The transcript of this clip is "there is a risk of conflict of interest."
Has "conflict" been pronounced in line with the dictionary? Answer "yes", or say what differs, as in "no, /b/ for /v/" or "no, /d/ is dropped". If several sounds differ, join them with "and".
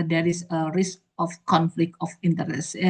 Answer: yes